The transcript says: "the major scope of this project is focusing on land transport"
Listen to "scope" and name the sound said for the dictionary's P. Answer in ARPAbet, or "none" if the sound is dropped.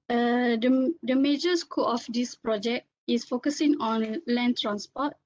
none